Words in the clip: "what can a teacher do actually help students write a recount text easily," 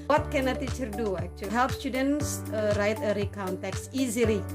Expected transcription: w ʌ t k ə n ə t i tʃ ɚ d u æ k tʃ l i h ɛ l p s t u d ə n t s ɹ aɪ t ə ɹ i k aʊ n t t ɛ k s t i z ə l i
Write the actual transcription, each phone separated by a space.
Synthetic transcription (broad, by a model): w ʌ t k ə n ə t i tʃ ɚ d u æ k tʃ i h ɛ l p s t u d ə n s ɹ aɪ t ə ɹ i k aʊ n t t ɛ k s i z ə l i